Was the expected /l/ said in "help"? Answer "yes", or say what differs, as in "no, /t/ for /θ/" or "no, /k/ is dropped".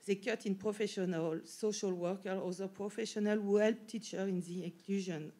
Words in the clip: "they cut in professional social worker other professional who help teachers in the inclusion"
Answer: yes